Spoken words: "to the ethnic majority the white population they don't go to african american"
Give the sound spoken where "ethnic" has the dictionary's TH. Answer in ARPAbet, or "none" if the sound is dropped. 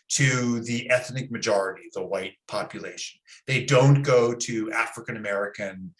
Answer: TH